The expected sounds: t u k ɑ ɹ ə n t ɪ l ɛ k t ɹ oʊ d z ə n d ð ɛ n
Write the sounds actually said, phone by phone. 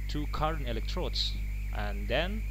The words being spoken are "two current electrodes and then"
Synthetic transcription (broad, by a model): t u k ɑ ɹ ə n ɪ l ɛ k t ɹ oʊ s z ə n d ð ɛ n